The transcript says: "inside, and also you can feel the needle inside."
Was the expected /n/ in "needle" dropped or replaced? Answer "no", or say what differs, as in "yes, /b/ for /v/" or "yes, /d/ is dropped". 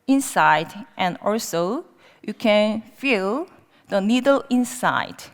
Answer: no